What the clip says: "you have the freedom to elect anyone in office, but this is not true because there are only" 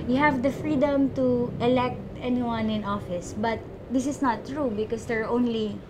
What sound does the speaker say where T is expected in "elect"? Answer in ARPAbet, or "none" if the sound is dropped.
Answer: T